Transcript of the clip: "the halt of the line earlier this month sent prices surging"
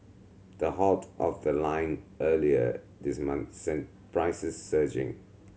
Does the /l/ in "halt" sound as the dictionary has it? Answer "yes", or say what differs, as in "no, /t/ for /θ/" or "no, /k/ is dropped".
no, /l/ is dropped